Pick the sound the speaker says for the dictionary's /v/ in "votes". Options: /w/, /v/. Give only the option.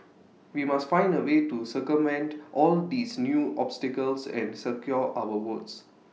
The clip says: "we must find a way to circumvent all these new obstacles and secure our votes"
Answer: /w/